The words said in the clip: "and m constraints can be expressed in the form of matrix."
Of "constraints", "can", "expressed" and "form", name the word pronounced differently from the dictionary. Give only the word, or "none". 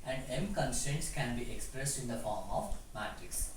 constraints